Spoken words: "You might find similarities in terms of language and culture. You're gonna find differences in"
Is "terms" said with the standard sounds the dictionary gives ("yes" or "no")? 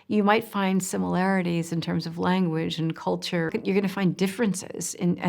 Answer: yes